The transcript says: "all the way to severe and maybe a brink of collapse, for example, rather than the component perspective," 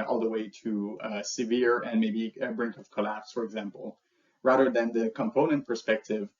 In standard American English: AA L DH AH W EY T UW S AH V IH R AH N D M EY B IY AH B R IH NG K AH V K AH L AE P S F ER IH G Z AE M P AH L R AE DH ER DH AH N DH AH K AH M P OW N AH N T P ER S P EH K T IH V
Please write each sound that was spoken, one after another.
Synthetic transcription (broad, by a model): AA L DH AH W EY T UW S AH V IH R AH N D M EY B IY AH B R IH NG K AH V K AH L AE P S F ER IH G Z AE M P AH L R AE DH ER DH AH N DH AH K AH M P OW N AH N T P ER S P EH K T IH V